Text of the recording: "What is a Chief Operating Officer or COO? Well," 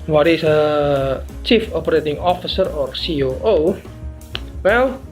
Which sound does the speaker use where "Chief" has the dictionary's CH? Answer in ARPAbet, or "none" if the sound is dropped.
CH